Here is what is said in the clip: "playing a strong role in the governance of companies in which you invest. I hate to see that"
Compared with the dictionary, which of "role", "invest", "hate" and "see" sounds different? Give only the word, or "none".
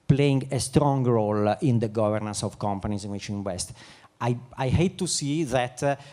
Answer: invest